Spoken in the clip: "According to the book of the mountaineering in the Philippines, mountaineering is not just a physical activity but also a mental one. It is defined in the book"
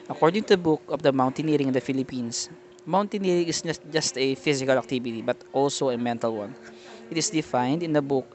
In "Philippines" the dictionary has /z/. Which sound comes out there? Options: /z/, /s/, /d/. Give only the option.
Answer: /s/